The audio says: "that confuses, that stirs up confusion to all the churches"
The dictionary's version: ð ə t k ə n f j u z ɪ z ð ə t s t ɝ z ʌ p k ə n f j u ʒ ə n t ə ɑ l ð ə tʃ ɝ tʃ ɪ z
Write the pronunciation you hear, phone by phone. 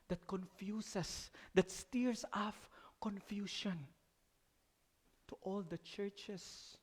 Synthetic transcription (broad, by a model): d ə t k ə n f j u s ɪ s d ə t s t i s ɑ f k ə n f j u ʃ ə n t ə ɑ l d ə tʃ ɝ tʃ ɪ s